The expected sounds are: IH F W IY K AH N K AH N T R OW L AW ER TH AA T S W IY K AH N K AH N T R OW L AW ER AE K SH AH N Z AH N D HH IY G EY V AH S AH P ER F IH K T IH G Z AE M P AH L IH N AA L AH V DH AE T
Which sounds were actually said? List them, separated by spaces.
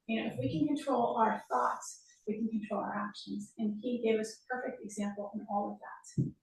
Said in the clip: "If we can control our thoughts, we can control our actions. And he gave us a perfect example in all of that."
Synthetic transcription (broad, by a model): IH F W IY K AH N K AH N T R OW L AW ER TH AA T S W IY K N K N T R OW L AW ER AE K SH AH N Z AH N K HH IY G EY V AH S P ER F IH K T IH G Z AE M P L IH N AA L AH V DH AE T